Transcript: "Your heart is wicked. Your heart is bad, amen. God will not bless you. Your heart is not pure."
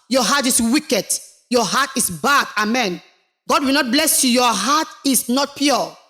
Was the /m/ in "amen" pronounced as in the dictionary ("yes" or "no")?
yes